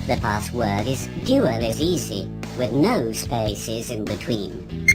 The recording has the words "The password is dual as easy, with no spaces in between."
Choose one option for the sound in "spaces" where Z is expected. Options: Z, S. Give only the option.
Z